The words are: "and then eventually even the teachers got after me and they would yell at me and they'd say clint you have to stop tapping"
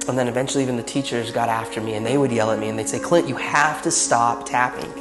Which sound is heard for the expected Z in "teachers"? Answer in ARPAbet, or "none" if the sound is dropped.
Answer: Z